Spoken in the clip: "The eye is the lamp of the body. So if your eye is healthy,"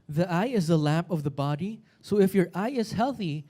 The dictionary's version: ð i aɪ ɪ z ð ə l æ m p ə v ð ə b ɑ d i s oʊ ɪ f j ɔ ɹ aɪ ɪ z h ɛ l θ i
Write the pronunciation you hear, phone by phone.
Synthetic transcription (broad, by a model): ð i aɪ ɪ z ð ə l æ m p ə v ð ə b ɑ d i s oʊ ɪ f j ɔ ɹ aɪ ɪ z h ɛ l θ i